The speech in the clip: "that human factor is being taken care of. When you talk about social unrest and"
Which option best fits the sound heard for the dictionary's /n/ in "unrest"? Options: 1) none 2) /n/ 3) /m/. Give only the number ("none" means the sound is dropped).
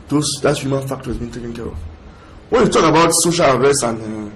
1